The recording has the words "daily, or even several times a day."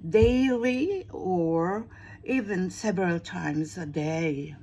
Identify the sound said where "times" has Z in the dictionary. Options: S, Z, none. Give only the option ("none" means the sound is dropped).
Z